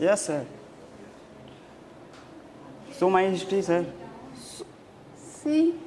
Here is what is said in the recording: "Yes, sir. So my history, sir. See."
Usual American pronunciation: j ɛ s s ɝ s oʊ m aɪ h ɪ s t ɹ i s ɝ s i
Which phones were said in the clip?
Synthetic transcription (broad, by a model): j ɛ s s ɝ s oʊ m aɪ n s t i s ɝ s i